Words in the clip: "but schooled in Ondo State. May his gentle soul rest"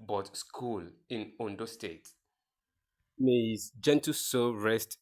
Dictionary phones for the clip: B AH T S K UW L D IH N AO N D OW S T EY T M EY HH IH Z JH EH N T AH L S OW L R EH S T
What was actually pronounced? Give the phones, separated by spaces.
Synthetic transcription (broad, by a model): B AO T S K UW L IH N AO N D OW S T EY T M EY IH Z JH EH N T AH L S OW R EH S T